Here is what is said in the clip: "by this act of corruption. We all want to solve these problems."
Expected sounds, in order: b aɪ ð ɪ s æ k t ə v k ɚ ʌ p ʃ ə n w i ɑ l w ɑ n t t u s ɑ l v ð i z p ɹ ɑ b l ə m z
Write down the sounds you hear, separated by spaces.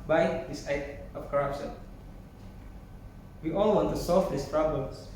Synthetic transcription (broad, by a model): b aɪ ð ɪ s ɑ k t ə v k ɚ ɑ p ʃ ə n w i ɑ l w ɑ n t t u s ɑ l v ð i s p ɹ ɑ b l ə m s